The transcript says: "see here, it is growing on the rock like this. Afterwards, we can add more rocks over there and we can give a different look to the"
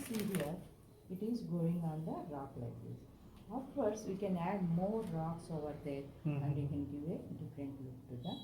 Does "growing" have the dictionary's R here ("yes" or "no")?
no